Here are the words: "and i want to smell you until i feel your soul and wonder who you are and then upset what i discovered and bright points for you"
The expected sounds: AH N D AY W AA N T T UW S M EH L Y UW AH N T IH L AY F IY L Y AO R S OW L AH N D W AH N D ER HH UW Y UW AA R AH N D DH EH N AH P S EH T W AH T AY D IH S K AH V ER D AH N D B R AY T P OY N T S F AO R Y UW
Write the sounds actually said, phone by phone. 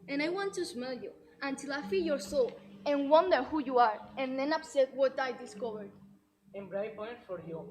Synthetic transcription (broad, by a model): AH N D AY W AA N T T UW S M EH L Y UW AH N T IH L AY F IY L Y AO R S OW L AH N W AH N D ER HH UW Y UW AA R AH N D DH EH N AH P S EH T W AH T AY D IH S K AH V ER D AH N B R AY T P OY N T F AO R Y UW